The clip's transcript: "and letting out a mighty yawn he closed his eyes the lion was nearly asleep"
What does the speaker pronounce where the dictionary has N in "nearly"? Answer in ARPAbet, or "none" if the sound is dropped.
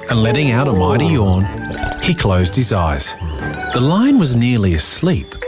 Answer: N